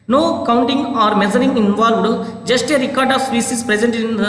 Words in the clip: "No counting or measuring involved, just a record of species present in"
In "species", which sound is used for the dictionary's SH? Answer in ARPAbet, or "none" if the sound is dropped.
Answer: S